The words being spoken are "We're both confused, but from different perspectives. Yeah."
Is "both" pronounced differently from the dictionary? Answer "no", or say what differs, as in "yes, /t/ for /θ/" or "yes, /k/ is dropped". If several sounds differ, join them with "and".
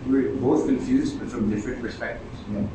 yes, /t/ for /θ/